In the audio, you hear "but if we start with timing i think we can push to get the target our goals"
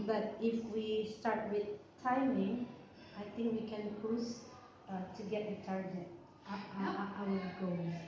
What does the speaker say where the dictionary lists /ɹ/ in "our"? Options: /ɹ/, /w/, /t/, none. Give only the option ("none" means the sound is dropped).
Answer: /w/